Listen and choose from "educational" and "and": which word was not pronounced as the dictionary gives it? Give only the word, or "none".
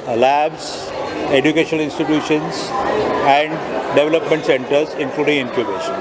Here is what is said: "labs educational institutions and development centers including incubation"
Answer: educational